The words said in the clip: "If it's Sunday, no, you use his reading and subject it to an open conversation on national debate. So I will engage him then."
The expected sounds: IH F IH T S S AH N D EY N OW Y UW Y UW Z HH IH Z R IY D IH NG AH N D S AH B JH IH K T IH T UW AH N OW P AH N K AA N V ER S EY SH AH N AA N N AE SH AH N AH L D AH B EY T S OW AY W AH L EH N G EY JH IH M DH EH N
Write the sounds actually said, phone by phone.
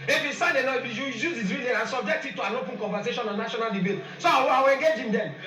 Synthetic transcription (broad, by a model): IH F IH S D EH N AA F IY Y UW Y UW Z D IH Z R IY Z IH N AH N S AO B JH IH K T IH T UW AH N OW P AH N K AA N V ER S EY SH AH N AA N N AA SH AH N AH L D AH B EY T S OW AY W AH W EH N G EY JH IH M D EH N